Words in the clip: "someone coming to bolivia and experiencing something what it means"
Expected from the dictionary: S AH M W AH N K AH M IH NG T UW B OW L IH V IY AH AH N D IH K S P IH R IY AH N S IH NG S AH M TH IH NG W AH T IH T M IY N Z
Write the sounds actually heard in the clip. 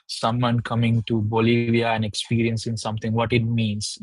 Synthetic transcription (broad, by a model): S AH M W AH N K AH M IH NG T UW B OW L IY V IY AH AH N D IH K S P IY R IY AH N S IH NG S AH M T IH NG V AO T IH T M IY N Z